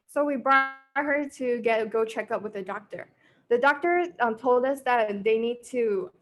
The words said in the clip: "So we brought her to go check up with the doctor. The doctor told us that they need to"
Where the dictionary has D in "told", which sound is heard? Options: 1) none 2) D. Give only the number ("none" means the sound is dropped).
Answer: 2